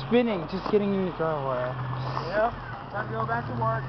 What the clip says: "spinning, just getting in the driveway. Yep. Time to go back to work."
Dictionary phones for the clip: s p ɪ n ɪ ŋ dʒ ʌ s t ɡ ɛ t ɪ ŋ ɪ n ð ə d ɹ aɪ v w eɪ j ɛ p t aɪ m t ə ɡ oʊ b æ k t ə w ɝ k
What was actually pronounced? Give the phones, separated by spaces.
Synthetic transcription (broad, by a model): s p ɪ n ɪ ŋ dʒ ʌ s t ɡ ɛ t ɪ ŋ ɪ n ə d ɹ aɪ w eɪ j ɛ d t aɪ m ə ɡ oʊ b æ k t ə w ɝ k